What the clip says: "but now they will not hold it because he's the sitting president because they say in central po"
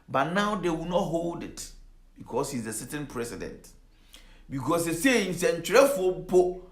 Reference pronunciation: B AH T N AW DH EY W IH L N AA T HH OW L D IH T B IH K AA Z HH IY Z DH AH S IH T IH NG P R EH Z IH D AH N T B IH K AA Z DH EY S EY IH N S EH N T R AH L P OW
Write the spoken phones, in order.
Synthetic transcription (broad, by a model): B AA T N AW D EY W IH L N AA T HH OW L D IH T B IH K AA S HH IY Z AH S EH T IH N P R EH S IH D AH N T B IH K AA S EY S EY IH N S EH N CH R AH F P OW